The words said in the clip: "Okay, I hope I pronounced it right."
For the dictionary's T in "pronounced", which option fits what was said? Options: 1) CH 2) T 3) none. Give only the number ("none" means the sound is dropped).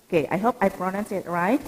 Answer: 3